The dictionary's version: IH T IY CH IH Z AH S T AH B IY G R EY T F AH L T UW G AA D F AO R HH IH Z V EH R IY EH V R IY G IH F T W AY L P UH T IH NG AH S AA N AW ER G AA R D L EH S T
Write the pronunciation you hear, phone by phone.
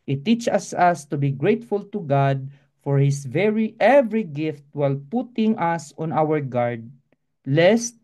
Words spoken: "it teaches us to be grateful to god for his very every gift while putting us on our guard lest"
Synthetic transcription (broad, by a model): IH T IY CH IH S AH S T AH B IY G R EY T F AH L T UW G AA D F AO R HH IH S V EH R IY EH V R IY G IH F T W AY L P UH T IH NG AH S AA N AW ER G AA R D L EH S T